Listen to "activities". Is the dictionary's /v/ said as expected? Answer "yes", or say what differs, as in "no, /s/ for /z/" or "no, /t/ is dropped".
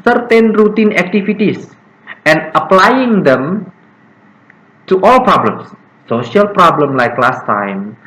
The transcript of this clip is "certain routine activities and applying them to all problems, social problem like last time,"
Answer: no, /f/ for /v/